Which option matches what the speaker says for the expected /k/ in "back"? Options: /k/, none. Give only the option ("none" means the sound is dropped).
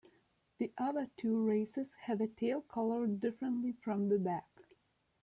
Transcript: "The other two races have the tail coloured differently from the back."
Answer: /k/